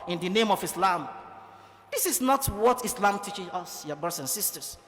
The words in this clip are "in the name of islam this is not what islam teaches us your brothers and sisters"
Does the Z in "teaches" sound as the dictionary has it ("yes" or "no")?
no